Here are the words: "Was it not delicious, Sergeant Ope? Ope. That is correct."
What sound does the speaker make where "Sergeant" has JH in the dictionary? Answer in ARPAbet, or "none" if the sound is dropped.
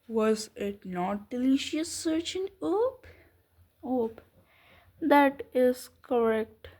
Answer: CH